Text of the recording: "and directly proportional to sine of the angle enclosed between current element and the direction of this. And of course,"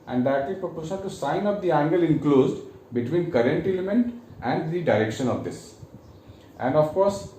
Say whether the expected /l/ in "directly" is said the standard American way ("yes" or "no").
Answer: no